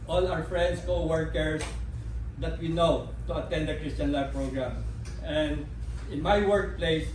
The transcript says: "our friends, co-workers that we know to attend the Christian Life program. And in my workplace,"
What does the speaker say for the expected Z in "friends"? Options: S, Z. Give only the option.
S